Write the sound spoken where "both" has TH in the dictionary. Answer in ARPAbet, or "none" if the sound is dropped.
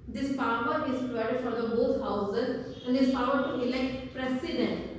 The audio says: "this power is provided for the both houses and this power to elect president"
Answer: T